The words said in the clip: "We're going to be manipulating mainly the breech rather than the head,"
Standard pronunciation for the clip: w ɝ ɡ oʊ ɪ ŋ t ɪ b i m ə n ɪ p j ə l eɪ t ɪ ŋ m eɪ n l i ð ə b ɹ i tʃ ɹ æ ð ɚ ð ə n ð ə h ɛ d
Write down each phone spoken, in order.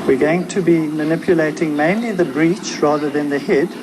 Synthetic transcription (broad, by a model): w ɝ ɡ oʊ ɪ ŋ t ɪ b i m ə n ɪ p j ə l eɪ t ɪ ŋ m eɪ n l i ð ə b ɹ i tʃ ɹ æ ð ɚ ð ə n ð ə h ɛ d